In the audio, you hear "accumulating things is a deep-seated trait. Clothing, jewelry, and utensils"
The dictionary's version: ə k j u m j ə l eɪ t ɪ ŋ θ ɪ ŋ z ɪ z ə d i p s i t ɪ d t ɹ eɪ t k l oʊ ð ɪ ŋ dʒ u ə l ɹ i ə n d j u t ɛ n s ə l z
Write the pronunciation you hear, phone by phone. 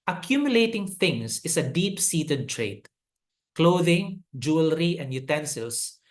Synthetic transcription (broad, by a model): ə k j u m j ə l eɪ t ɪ ŋ t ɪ ŋ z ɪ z ə d i p s i t ɪ d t ɹ eɪ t k l oʊ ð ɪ ŋ dʒ u ə l ɹ i ə n d j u t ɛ n s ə l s